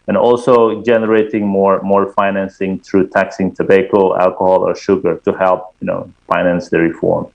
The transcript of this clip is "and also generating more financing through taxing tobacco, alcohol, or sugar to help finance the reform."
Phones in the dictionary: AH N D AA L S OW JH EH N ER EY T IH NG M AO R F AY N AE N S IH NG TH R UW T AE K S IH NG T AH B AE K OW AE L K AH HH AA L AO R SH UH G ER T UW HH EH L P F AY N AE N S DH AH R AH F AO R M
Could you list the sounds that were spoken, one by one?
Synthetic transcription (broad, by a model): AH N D AA L S OW JH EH N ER EY T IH NG M AO R F AY N AE N S IH NG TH R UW T AE K S IH NG T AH B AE K OW AE L K AH HH AA L AO R SH UH G ER T UW HH EH L P F AY N AE N S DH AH R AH F AO R M